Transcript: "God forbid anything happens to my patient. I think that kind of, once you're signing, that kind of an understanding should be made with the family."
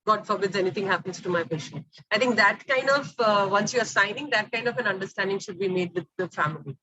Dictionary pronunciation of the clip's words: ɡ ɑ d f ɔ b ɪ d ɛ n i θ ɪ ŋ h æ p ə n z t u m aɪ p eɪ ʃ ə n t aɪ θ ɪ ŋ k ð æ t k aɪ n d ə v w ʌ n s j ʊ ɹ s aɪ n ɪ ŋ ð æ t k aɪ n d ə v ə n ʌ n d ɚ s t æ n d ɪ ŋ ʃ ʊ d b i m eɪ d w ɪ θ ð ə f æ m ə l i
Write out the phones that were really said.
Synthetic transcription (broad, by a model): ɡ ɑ d f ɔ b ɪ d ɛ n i t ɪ ŋ h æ p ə n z t u m aɪ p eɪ ʃ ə n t aɪ t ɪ ŋ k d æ t k aɪ n d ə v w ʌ n s j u ɹ s aɪ n ɪ ŋ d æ t k aɪ n d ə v ə n ʌ n d ɚ s t æ n d ɪ ŋ ʃ ʊ d b i m eɪ d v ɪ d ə f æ m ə l i